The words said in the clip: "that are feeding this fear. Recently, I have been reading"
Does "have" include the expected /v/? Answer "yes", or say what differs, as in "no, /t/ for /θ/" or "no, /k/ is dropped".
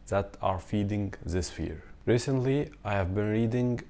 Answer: yes